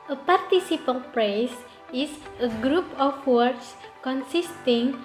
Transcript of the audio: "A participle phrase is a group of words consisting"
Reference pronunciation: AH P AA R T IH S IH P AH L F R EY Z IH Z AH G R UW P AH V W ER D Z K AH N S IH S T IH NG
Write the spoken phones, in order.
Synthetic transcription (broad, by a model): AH P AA R T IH S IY P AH L P R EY S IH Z AH G R UW P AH F W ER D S K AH N S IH S T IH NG